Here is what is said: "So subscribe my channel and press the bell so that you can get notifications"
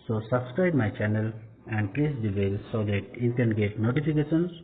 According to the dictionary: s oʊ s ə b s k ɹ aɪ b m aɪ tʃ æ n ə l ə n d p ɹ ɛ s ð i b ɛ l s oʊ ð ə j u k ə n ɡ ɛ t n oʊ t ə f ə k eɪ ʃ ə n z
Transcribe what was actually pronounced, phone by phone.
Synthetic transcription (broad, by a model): s oʊ s ə b s k ɹ aɪ b m aɪ tʃ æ n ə l ə n d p l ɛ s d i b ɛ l s oʊ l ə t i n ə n ɡ ɛ t n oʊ t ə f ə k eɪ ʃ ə n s